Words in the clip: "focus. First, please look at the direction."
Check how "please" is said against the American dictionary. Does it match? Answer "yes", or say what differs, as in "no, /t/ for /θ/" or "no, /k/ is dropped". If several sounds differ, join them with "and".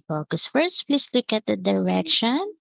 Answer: no, /s/ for /z/